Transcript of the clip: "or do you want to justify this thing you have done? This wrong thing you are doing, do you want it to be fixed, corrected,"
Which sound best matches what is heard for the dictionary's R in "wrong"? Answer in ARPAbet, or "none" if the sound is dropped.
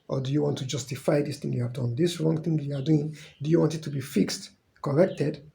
R